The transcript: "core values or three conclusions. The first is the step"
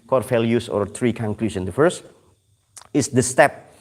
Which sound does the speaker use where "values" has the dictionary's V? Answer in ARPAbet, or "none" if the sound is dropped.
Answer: F